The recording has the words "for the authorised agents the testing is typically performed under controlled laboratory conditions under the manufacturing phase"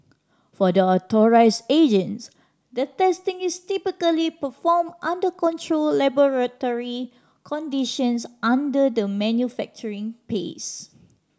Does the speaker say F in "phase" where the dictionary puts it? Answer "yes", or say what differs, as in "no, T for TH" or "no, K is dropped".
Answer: no, P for F